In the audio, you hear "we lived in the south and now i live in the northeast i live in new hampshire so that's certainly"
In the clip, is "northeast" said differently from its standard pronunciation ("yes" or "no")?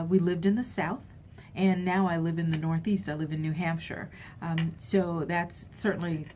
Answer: no